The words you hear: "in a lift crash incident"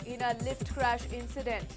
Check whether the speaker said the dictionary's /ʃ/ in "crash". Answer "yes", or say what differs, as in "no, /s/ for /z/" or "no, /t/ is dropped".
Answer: yes